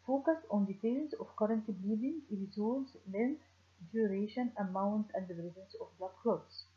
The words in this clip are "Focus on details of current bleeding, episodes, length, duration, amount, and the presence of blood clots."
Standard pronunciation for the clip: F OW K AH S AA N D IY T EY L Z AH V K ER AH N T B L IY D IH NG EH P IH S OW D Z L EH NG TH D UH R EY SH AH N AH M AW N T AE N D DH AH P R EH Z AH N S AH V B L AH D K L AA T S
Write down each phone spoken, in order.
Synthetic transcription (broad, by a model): F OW K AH S AA N D IY T EY L Z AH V K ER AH N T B L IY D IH NG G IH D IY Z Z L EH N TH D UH R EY SH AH N AH M AW N T AE N D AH B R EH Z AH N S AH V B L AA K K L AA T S